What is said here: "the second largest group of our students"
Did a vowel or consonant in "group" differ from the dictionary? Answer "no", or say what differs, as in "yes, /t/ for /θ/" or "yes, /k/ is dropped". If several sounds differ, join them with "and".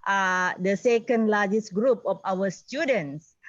no